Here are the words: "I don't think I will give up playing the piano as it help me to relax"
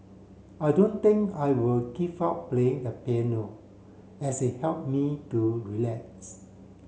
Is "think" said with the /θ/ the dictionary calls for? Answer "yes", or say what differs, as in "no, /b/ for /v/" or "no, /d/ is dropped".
no, /t/ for /θ/